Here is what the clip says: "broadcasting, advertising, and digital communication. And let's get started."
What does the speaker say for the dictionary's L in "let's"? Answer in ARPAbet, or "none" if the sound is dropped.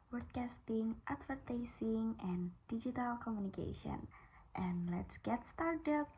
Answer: L